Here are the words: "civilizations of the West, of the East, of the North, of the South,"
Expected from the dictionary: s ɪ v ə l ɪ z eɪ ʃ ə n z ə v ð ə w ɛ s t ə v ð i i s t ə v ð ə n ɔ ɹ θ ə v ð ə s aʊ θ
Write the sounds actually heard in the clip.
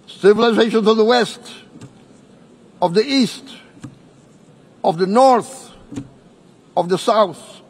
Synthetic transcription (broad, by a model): s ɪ v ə l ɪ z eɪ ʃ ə n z ə v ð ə w ɛ s t ə v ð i i s t ə v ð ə n ɔ ɹ θ ə v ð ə s aʊ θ